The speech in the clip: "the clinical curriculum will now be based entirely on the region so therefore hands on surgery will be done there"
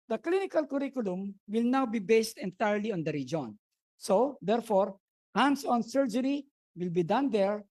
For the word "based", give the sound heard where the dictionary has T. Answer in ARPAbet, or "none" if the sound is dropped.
T